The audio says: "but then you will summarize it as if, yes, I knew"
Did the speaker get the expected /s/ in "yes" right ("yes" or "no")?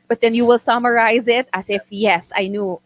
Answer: yes